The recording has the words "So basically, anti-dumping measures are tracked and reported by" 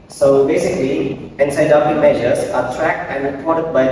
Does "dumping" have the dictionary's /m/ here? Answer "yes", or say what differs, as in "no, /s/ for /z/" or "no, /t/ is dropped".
no, /m/ is dropped